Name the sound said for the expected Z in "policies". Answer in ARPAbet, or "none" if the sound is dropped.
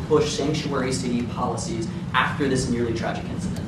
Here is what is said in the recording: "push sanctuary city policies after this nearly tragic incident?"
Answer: Z